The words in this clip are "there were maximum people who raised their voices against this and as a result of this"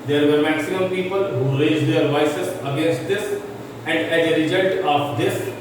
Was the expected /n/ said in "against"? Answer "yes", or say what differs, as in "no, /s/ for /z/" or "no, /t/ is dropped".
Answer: yes